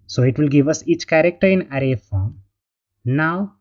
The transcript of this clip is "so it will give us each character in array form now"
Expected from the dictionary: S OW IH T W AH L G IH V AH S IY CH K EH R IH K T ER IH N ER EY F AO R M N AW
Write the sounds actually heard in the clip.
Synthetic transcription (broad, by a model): S OW IH T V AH L G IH V AH S IY CH K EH R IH K T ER IH N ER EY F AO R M N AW